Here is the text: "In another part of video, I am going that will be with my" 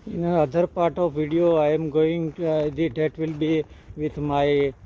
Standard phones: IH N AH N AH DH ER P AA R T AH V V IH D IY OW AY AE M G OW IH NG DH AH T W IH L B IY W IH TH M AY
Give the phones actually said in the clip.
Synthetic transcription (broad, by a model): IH N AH AH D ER P AA R T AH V V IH D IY OW AY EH M G OW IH NG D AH T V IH L B IY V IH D M AY